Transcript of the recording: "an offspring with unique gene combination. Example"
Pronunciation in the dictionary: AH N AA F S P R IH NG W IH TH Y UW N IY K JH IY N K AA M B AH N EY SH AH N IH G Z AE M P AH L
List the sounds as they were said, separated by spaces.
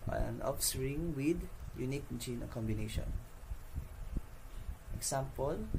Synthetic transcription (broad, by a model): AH N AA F S R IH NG W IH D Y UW N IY K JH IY N K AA M B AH N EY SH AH N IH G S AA M P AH L